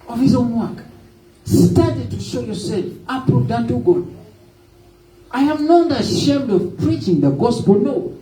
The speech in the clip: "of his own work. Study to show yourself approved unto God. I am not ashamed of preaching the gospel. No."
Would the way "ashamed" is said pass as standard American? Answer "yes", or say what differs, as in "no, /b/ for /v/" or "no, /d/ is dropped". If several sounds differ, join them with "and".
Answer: yes